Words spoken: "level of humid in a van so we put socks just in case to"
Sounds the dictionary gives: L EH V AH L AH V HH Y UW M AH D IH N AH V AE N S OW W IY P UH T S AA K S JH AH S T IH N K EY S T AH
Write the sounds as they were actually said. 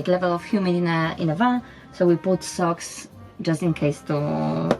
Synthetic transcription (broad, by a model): L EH V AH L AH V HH Y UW M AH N IH N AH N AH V S OW W IY B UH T S AA K S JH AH S T IH N K EY S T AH